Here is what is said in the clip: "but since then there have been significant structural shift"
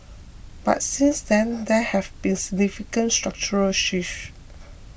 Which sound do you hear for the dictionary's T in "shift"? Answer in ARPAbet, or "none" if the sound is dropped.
none